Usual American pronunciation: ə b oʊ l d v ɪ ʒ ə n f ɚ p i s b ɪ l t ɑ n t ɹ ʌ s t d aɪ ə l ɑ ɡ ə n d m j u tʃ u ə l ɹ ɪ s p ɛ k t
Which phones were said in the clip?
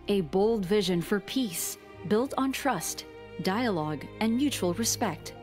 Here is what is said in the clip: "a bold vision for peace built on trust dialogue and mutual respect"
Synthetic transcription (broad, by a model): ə b oʊ l d v ɪ ʒ ə n f ɚ p i s b ɪ l t n t ɹ ʌ s t d aɪ ə l ɑ ɡ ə n j u tʃ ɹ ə l ɹ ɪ s p ɛ k t